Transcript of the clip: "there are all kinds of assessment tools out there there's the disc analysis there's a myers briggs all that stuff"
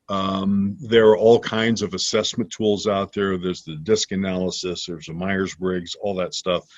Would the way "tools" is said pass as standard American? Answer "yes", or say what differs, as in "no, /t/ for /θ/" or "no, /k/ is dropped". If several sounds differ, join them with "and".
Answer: yes